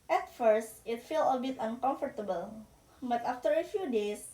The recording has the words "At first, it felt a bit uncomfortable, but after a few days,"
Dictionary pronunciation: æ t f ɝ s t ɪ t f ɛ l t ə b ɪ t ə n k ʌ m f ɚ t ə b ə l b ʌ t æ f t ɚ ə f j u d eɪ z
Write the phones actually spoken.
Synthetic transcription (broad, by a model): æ t f ɝ s t ɪ t f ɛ l ə b ɪ t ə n k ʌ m f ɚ t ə b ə l b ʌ t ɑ f t ɚ ə f j u d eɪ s